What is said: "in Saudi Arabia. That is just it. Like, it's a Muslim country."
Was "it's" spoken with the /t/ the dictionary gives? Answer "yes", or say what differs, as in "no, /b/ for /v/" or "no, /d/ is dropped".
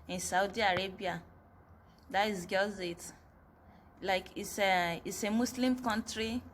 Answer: no, /s/ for /t/